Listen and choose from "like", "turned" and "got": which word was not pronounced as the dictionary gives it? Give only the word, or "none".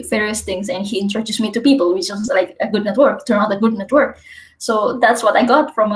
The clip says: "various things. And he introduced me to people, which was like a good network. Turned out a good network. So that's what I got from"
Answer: turned